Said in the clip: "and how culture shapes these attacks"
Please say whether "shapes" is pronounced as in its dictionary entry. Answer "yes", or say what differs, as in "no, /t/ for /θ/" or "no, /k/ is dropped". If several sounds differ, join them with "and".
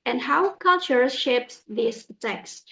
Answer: yes